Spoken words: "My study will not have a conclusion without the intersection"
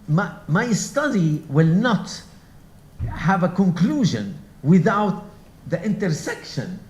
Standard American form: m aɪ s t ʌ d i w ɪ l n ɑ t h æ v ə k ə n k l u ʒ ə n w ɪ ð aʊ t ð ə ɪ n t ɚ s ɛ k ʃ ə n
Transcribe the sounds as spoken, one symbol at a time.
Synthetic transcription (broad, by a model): m aɪ s t ʌ d i w ɪ l n ɑ t h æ v ə k ə n k l u ʒ ə n w ɪ ð aʊ t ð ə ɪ n t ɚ s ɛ k ʃ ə n